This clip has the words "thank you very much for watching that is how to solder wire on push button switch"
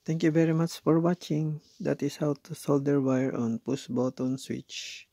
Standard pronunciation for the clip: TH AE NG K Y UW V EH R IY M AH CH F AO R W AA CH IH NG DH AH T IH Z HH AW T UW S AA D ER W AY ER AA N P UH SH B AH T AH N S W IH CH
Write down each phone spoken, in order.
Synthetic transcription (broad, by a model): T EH NG K Y UW V EH R IY M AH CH F AO R W AA CH IH NG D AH T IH S HH AW T UW S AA D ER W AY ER AA N P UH S B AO T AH N S W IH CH